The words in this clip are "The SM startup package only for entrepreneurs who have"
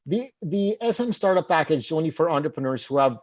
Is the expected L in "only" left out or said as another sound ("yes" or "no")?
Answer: yes